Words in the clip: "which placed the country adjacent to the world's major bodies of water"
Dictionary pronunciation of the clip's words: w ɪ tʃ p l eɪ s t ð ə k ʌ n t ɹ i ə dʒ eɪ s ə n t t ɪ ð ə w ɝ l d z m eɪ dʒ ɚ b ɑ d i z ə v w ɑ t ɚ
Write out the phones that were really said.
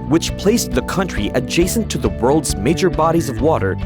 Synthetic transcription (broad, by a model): w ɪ tʃ p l eɪ s ð ə k ʌ n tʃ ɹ i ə dʒ eɪ s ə n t t ɪ ð ə w ɝ l d z m eɪ dʒ ɚ b ɑ d i z ə v w ɑ t ɚ